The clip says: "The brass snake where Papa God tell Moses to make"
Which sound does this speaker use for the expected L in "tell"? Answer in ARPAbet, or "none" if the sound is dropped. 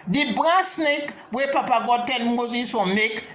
N